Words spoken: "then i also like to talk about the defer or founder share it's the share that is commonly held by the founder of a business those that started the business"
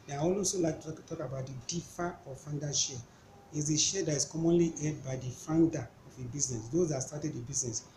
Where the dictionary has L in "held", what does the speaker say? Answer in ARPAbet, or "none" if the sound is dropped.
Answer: none